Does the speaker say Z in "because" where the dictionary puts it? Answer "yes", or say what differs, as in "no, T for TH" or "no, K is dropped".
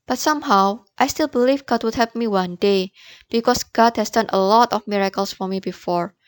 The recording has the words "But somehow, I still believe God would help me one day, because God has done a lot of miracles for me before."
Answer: no, S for Z